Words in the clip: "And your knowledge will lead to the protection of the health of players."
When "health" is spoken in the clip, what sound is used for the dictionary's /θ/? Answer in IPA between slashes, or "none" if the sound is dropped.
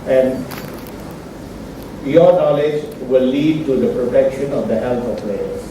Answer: /t/